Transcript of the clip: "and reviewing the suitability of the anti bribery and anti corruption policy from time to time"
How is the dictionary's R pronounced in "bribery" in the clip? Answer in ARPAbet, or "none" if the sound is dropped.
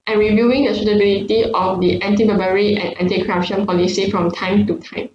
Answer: none